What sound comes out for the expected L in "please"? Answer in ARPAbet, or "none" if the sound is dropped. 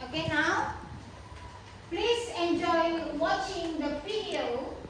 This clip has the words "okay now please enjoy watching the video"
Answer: L